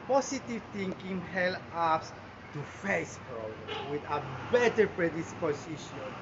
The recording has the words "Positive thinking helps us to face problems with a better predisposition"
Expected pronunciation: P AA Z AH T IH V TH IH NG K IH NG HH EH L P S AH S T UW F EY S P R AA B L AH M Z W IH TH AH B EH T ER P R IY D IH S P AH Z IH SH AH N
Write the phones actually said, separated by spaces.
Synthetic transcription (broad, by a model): P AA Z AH T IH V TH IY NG K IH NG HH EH L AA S T UW F EY S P R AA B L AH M W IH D AH B EH T ER P R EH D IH S P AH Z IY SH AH N